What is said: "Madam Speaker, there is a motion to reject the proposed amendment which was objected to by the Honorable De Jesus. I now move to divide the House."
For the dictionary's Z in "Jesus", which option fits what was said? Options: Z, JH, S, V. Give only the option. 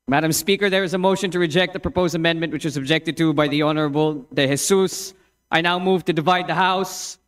S